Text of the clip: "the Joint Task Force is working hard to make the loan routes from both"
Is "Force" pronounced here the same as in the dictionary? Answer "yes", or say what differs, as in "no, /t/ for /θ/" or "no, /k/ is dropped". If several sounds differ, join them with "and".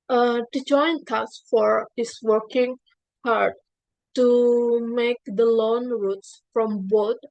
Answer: no, /s/ is dropped